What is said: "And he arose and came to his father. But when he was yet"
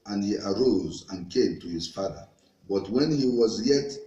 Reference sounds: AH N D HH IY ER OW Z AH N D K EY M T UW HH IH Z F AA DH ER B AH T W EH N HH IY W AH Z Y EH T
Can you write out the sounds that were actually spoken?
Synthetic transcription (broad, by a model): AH N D HH IY ER OW Z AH N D K EY M T UW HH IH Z F AA DH ER B AH T W EH N HH IY W AH Z Y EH T